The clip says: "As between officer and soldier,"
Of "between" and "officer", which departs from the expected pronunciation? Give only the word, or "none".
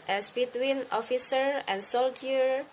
none